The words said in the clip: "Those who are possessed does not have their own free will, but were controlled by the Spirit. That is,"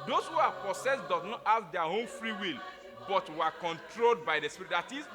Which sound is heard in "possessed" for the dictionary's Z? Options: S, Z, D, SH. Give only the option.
S